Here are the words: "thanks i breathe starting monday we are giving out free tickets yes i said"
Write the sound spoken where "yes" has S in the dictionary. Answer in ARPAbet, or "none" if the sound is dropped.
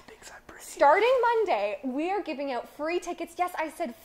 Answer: S